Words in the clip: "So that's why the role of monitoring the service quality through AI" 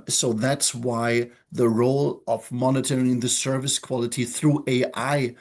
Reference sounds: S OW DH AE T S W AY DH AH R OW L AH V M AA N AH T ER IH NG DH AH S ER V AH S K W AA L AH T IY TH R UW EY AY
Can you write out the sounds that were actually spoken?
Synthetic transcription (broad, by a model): S OW DH AE T S W AY DH AH R OW L AH V M AA N AH T ER IH NG DH AH S ER V AH S K W AA L AH T IY TH R UW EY AY